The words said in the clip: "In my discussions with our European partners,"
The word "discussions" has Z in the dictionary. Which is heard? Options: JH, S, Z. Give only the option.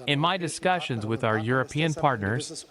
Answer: Z